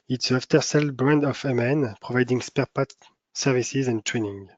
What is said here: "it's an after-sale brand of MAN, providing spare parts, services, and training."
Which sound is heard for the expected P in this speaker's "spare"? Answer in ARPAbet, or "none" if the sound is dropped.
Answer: P